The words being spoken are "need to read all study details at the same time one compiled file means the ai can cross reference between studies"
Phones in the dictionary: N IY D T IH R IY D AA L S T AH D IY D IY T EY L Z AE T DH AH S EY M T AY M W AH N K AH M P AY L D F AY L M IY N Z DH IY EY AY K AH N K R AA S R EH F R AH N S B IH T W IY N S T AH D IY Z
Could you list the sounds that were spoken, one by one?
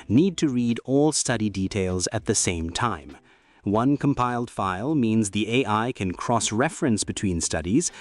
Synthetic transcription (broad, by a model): N IY D T IH R IY D AA L S T AH D IY D IY T EY L Z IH T DH AH S EY M T AY M W AH N K AH M P AY L D F AY L M IY N Z DH IY EY AY K AH N K R AA S R EH F R AH N S B IH T W IY N S T AH D IY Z